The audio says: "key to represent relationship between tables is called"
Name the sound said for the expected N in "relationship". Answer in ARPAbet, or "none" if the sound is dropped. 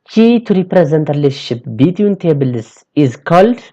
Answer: none